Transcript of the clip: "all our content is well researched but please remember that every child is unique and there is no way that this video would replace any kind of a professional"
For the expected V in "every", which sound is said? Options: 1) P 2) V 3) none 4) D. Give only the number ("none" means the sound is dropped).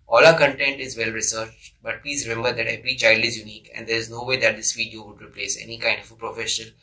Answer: 1